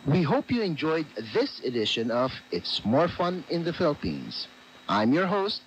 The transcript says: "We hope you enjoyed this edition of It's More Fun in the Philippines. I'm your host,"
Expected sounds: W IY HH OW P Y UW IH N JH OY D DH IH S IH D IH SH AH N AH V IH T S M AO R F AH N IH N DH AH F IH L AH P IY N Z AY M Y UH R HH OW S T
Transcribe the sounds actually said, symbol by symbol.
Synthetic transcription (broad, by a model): W IY HH OW P Y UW IH N JH OY D DH IH S IH D IH SH AH N AH V IH T S M AO R F AH N IH N DH AH F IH L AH P IY N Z AY M Y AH R HH OW S T